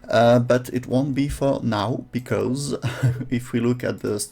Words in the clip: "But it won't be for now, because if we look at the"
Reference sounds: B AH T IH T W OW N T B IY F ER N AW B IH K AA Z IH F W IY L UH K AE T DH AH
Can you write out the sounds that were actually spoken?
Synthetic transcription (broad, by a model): B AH T IH T W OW N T B IY F ER N AW B IH K AA Z IH F W IY L UH K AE T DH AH